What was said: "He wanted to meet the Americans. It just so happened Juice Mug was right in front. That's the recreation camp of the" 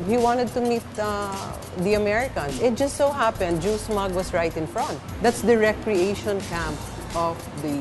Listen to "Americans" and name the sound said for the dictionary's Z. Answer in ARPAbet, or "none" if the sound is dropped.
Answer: S